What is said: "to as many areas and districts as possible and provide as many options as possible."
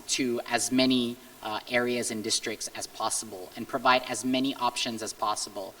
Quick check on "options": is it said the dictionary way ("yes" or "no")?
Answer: yes